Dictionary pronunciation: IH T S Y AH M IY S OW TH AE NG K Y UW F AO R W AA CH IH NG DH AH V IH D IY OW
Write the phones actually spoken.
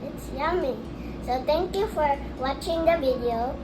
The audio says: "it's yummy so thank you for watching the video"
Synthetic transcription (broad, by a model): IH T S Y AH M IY S OW T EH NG K Y UW F AO R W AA CH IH NG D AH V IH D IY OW